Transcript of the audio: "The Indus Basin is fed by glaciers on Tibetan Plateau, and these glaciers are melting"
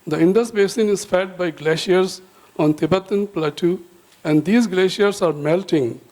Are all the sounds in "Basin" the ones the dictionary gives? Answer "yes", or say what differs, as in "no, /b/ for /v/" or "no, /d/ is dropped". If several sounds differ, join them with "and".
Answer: yes